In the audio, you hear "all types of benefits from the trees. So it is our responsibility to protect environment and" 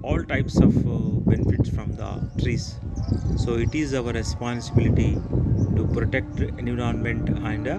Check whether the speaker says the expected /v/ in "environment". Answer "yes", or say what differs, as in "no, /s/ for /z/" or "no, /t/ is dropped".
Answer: no, /v/ is dropped